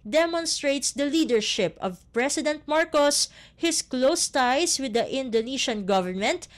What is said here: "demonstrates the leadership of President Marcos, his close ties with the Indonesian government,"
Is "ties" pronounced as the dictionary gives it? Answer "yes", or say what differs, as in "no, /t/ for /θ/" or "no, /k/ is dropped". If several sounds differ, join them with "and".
no, /s/ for /z/